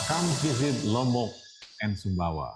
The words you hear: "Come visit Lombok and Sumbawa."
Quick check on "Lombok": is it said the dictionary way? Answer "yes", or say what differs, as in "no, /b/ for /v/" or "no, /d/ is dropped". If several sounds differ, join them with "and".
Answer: no, /b/ is dropped